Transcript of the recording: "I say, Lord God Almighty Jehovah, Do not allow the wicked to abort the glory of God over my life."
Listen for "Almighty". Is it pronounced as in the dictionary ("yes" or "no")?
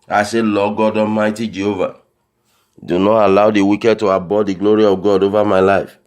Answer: no